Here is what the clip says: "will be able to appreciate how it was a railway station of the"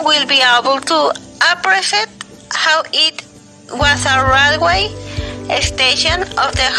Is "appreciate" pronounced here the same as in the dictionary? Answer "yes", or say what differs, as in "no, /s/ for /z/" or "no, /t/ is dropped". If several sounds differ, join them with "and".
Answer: no, /s/ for /ʃ/